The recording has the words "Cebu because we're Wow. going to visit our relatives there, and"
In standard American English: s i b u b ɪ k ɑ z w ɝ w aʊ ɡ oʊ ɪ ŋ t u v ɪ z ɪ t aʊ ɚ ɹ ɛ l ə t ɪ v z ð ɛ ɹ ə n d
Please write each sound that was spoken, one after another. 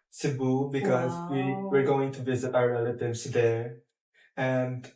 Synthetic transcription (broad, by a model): s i b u b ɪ k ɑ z w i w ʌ ɡ oʊ ɪ ŋ t u v ɪ z ɪ t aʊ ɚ ɹ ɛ l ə t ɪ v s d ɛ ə n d